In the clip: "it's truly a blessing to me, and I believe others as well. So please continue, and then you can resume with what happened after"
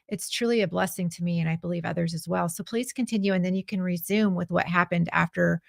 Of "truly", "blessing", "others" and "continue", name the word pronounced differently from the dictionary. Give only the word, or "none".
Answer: none